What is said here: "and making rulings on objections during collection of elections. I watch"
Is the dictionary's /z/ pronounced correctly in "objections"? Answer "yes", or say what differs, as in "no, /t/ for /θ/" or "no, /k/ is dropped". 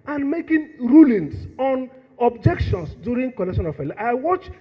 no, /s/ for /z/